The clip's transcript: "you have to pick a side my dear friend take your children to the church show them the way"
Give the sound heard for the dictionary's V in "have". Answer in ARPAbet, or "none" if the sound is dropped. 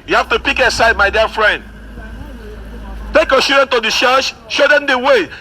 F